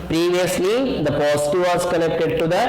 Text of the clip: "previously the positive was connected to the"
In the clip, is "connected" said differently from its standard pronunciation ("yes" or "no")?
yes